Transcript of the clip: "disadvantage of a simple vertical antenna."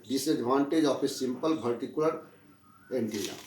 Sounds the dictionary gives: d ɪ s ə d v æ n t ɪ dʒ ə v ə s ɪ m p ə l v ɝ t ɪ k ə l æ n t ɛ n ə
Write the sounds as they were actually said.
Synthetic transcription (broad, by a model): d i s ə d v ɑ n t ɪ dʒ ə p ə s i m p ə l p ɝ t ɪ k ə l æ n t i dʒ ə